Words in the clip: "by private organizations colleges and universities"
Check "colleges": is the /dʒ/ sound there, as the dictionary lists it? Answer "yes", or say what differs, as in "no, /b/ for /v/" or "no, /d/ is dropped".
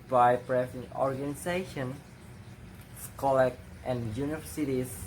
no, /dʒ/ is dropped